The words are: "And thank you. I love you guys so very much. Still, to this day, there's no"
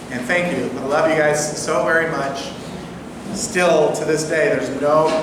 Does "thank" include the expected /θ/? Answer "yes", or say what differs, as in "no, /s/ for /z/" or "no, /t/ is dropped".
yes